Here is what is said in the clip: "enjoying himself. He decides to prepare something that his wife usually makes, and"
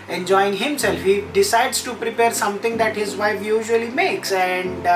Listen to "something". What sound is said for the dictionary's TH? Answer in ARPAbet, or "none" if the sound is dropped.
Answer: T